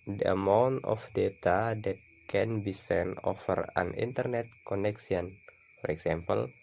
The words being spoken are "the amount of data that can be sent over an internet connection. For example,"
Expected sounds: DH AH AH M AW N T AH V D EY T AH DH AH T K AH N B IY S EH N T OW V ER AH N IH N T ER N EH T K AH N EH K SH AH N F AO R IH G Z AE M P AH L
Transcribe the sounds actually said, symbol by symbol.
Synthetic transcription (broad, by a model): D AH AH M AW N T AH F D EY T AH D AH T K AH N B IY S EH N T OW F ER AH N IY N T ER N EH T K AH N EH K S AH N F AO R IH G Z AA M P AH L